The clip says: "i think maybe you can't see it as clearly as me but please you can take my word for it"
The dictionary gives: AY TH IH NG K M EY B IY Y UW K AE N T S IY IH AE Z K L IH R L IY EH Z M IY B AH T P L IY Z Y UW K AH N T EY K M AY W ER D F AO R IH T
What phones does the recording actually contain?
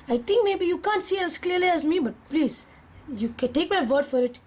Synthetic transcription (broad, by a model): AY T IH NG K M EY B IY Y UW K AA N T S IY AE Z K L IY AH L IY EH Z M IY B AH T P L IY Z Y UW K AH N T EY K M AY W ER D F AO R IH T